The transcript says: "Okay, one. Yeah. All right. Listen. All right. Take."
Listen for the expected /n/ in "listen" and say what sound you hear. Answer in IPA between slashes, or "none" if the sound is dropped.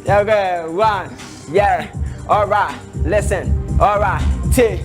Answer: /n/